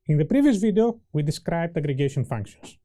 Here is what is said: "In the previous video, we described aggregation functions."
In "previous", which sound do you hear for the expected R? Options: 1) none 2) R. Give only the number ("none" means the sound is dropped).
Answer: 2